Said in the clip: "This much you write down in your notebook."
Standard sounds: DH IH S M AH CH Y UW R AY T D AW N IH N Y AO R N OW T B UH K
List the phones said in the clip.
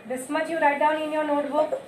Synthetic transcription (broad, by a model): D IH S M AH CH Y UW R AY T D AW N IH N Y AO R N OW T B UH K